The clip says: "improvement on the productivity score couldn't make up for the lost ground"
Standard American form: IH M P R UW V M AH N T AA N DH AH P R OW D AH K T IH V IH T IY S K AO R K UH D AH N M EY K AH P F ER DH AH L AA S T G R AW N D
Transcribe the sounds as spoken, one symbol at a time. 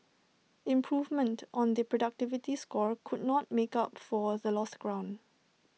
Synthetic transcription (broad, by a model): IH M P R UW V M AH N T AA N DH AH P R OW D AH K T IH V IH T IY S K AO R K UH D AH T M EY K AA P F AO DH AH L AA S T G R AW N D